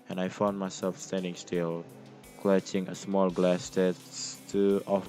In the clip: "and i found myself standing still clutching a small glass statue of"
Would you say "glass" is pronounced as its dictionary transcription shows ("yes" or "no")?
yes